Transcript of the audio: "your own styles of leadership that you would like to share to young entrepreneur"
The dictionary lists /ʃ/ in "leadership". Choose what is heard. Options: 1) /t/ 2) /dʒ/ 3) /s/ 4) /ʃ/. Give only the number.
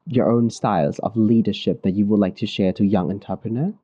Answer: 4